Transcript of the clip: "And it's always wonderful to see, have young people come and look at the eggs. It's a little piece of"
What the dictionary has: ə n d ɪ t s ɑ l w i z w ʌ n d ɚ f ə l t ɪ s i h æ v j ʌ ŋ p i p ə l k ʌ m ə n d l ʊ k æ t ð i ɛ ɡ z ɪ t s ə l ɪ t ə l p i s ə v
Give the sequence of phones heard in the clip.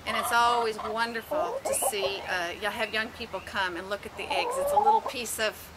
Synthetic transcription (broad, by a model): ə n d ɪ t s ɑ l w i z w ʌ n d ɚ f l t ɪ s i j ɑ v j ʌ ŋ p i p l k ʌ m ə n l ʊ k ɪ t ð i ɛ ɡ z ɪ t s ə l ɪ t l p i s ə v